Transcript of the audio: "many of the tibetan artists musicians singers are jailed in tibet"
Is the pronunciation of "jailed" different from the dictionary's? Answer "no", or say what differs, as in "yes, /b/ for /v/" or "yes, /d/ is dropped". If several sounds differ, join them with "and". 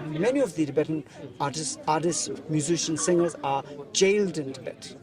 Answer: no